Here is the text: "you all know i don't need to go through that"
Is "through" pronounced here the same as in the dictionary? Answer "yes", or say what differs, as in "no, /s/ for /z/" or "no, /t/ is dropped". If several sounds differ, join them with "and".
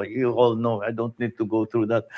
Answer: no, /t/ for /θ/